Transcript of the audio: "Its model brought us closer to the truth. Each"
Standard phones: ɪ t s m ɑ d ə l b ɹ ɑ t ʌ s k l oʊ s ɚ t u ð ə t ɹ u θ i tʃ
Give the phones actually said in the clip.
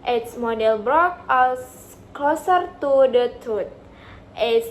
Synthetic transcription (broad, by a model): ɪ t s m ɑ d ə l b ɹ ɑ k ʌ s k l oʊ s ɚ t u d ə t u t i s